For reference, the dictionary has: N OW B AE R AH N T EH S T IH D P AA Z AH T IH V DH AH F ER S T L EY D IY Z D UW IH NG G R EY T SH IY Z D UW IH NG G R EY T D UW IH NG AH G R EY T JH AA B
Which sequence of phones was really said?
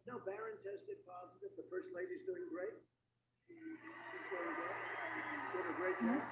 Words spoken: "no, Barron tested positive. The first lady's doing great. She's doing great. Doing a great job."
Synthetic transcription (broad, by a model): N OW B AE R AH N T EH S T IH D P AA Z AH T IH V DH AH F ER S T L EY D IY Z D UW IH NG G R EY T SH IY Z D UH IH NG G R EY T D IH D AH G R EY T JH